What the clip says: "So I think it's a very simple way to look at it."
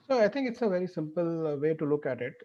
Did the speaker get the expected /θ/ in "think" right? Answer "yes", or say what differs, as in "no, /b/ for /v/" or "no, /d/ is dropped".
no, /t/ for /θ/